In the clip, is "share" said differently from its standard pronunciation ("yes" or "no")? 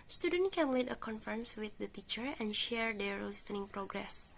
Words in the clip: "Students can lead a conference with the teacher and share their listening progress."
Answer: no